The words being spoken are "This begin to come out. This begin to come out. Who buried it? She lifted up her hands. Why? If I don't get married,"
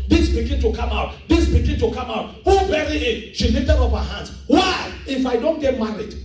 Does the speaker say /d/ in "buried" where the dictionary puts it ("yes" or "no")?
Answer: no